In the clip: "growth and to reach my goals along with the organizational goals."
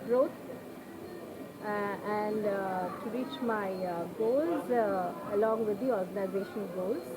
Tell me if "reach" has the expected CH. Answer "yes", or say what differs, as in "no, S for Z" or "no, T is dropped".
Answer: yes